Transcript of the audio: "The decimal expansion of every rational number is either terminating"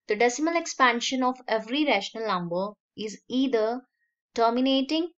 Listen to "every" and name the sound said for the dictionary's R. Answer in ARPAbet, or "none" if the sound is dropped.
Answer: R